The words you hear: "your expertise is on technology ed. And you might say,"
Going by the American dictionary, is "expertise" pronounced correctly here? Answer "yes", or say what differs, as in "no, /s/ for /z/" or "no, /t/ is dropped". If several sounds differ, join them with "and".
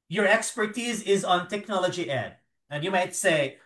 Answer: yes